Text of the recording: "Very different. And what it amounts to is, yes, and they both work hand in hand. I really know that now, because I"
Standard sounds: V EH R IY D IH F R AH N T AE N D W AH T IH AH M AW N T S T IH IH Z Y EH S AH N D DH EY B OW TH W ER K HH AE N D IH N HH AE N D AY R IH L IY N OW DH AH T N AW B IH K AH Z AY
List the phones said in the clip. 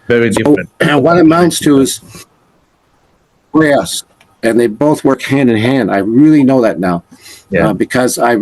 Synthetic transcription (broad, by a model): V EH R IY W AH R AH T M IH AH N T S T IH IH Z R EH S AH N DH EY B OW TH W ER K HH AE N D IH N HH AE N D AY R IH L IY N OW DH AH T N AW B IH K AH Z AY